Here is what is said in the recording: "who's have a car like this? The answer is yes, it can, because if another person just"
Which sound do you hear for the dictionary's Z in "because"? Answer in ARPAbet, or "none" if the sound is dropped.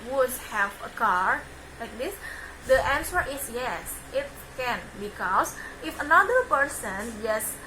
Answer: S